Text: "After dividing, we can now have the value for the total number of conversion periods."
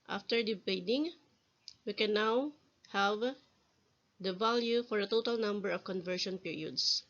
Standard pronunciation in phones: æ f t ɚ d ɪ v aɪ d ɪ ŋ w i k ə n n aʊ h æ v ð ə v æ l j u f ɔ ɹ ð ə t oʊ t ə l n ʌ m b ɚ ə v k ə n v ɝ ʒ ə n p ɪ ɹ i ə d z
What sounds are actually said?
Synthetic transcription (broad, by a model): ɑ f t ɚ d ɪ b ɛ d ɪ ŋ w i k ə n n aʊ h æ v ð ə v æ l j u f ɔ ɹ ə t oʊ t ə l n ʌ m b ɚ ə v k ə n v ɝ ʃ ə n p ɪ ɹ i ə d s